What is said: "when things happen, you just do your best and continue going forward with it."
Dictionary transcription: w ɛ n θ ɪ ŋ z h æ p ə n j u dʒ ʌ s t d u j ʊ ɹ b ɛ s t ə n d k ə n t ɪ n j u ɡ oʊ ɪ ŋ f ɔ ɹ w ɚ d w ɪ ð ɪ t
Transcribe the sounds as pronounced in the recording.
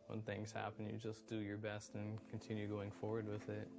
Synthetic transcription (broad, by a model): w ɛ n θ ɪ ŋ z h æ p ə n j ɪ dʒ ʌ s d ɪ j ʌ ɹ b ɛ s t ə n k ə n t ɪ n j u ɡ oʊ ɪ ŋ f ɔ ɹ w ɚ d w ɪ ð ɪ t